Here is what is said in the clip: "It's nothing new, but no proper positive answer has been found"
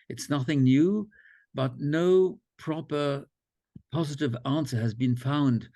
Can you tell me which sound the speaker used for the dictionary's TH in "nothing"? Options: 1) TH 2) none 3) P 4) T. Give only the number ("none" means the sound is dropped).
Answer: 1